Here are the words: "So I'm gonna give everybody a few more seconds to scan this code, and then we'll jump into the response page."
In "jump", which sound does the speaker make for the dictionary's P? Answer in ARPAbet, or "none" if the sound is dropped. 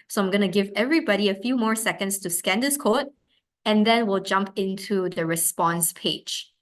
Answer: P